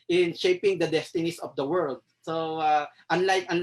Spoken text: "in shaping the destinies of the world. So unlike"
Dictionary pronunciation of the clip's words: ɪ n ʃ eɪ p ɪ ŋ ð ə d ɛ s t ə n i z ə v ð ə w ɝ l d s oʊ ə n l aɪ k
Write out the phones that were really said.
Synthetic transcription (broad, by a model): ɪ n ʃ eɪ p ɪ ŋ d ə d ɛ s t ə n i s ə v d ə w ɝ l d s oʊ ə n l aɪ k